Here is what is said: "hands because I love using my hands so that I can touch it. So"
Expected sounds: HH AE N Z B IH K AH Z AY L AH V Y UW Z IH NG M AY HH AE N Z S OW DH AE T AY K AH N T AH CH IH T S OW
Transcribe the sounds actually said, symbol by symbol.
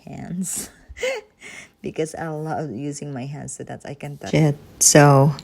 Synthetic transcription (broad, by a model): HH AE N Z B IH K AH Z AY L AH V Y UW Z IH NG M AY HH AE N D S OW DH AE T AY K AH N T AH IH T S OW